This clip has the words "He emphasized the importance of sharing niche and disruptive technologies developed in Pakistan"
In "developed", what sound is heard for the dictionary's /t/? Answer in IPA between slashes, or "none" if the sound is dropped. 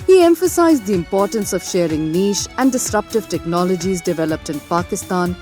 /t/